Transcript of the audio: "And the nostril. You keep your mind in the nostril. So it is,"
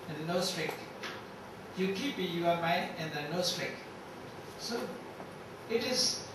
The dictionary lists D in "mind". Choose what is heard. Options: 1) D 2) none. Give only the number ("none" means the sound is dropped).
2